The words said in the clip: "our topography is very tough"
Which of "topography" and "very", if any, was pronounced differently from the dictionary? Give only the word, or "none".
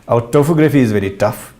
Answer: topography